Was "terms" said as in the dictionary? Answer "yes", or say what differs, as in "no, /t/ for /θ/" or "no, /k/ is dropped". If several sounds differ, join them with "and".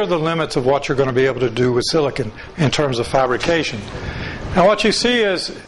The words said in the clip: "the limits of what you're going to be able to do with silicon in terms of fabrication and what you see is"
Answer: yes